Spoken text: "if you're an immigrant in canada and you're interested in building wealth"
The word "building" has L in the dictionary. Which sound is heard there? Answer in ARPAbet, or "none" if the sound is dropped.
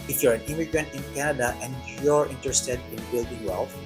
none